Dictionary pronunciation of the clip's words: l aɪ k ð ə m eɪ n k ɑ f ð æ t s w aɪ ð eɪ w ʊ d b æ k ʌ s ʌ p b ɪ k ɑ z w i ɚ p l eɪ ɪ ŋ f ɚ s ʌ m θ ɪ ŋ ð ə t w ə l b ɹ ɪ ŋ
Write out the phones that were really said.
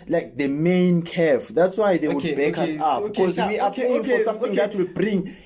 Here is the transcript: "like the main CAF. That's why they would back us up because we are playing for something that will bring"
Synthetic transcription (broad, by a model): l aɪ k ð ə m eɪ n k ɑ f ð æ t s w aɪ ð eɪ w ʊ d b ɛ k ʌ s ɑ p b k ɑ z w i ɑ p eɪ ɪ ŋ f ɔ s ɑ m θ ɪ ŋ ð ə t w ə l b ɹ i ŋ